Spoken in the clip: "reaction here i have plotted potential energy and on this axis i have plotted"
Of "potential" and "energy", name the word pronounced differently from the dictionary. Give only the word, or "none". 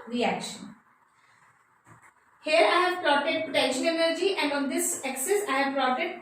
potential